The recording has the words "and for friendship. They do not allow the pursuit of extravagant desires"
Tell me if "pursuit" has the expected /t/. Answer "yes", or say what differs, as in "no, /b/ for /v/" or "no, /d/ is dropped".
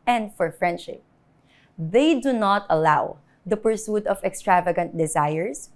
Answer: yes